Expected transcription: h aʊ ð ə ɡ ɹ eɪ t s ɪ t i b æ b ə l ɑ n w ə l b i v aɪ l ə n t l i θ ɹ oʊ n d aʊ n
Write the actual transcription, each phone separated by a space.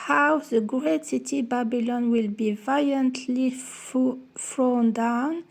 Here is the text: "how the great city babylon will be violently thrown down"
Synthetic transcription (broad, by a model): h aʊ ð ə ɡ ɹ eɪ t s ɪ t i b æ b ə l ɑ n w ə l b i v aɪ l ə n t l i f ɹ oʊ n d aʊ n